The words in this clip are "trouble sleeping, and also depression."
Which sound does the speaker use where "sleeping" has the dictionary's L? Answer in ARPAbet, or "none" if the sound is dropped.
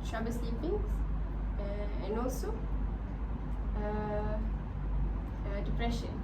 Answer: none